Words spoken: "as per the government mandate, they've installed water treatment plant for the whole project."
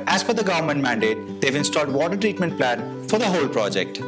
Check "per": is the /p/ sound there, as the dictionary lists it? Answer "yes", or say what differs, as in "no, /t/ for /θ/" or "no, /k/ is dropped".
no, /f/ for /p/